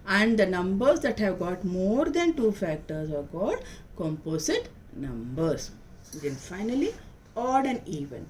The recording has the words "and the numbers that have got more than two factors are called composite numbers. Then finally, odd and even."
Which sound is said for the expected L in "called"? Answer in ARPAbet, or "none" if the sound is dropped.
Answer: none